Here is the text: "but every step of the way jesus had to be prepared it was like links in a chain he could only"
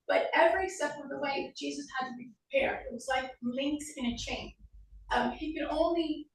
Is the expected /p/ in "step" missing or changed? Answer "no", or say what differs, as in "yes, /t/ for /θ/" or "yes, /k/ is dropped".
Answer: yes, /f/ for /p/